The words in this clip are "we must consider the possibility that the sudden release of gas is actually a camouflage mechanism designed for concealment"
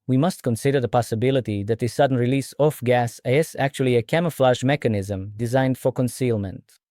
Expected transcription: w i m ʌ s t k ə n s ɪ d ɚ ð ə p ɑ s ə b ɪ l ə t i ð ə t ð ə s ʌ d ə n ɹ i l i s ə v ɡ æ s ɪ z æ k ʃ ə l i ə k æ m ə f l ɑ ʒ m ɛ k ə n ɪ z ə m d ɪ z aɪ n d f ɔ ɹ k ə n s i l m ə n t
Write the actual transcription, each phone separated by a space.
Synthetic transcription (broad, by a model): w i m ʌ s t k ə n s ɪ d ɚ ð ə p ɑ s ə b ɪ l ə t i ð ə t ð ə s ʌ d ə n ɹ i l i s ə f ɡ æ s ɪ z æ k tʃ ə l i ə k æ m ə f l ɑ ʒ m ɛ k ə n ɪ z ə m d ɪ z aɪ n d f ɔ ɹ k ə n s i l m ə n t